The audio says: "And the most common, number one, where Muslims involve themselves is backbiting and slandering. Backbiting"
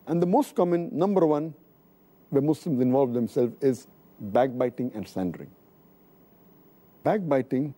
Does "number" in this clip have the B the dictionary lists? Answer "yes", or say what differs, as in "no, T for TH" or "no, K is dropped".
yes